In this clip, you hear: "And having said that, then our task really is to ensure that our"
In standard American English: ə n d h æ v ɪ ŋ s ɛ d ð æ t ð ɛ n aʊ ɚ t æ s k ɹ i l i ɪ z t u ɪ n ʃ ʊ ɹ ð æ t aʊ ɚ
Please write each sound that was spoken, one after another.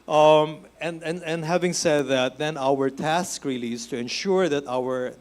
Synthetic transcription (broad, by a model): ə n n h æ v ɪ ŋ s ɛ d ð æ t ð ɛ n aʊ ɚ t æ s k ɹ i l i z t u ɪ n ʃ ʊ ɹ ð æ t aʊ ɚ